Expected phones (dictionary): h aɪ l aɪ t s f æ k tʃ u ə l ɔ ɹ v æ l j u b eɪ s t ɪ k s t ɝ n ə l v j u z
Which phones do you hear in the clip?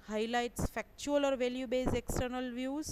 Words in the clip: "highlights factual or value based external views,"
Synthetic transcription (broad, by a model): h aɪ l aɪ t s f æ k tʃ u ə l ɔ ɹ v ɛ l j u b eɪ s ɪ k s t ɝ n ə l v j u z